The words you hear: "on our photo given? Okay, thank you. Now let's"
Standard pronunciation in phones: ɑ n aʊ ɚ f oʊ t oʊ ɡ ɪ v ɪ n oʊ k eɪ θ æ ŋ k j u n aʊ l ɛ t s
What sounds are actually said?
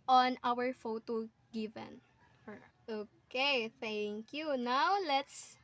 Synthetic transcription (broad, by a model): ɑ n aʊ ɚ f oʊ t oʊ ɡ ɪ v ɪ n oʊ k eɪ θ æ ŋ k j u n aʊ l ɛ t s